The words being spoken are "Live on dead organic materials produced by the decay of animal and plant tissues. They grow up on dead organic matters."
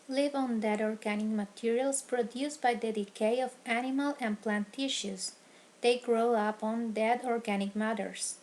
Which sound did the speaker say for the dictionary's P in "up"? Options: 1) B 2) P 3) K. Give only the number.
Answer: 2